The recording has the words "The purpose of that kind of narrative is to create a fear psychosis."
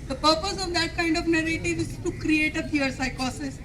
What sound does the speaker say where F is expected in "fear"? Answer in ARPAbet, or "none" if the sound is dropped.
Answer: P